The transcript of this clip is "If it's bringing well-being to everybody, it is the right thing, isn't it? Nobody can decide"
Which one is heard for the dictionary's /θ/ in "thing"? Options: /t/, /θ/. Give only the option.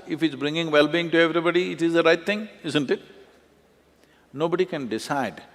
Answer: /t/